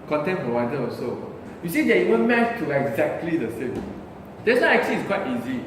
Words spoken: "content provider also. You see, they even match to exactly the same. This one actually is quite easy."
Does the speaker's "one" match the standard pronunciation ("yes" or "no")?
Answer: no